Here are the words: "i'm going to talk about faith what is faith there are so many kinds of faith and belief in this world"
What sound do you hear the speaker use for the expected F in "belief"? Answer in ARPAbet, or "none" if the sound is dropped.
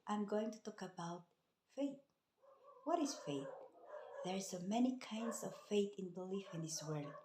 F